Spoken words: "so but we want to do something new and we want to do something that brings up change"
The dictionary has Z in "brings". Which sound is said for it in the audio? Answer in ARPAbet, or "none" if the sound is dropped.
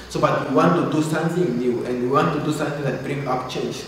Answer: none